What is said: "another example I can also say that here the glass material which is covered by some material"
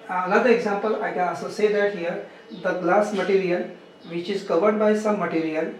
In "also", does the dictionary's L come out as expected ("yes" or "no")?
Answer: no